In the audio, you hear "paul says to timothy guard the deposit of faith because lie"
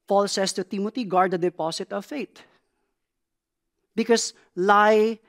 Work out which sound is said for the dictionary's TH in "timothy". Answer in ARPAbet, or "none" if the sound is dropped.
T